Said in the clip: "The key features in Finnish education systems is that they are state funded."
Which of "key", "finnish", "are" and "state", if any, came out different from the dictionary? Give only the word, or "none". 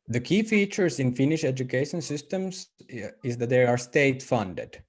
none